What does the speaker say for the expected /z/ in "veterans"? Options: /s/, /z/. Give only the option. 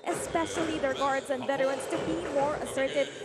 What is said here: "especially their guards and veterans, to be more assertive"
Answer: /s/